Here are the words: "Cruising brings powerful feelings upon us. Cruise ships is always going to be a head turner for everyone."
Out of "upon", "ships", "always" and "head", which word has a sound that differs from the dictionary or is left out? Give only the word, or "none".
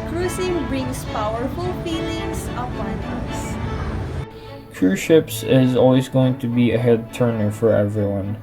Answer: none